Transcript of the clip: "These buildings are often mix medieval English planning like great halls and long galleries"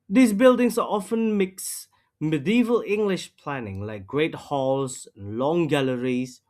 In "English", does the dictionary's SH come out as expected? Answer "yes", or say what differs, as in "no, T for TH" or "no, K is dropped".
yes